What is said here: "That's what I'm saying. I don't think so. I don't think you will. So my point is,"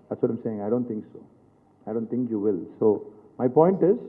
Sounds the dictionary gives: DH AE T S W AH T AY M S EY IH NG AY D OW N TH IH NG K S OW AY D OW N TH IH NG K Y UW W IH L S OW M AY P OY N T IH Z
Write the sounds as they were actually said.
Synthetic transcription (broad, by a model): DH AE T S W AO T AY M S EY IH NG AY D OW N T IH NG K S OW AY D OW N T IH NG K Y UW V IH L S OW M AY P OY N T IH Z